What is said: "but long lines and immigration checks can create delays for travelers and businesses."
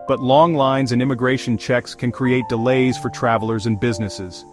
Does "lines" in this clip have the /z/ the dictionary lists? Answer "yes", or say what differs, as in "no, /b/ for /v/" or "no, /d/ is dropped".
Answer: yes